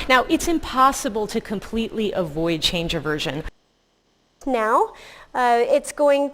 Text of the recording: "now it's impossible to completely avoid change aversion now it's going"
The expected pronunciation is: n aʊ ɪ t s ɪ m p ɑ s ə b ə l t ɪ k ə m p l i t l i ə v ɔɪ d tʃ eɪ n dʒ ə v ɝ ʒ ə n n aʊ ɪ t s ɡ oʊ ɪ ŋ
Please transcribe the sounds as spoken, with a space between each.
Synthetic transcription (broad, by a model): n aʊ ɪ t s ɪ m p ɑ s ə b ə l t ɪ k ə m p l i t l i ə v ɔɪ d tʃ eɪ n dʒ ə v ɝ ʒ ə n n aʊ ɪ t s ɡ oʊ ɪ ŋ